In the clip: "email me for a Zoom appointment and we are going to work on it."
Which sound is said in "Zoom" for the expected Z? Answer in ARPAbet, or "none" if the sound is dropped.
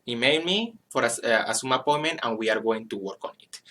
S